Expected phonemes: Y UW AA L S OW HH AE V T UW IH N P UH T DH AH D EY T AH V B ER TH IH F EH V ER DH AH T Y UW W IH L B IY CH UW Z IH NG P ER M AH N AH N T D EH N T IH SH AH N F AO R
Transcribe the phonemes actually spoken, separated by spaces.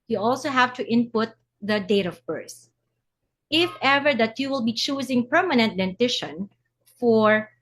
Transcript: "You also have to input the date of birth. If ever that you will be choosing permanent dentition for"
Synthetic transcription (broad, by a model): Y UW AA L S OW HH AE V T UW IH N P UH T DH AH D EY T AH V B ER S IH F EH V ER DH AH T Y UW W IH L B IY CH UW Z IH NG P ER M AH N AH N T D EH N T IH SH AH N F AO R